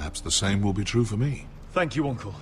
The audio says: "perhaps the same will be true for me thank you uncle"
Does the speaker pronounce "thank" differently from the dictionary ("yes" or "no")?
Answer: no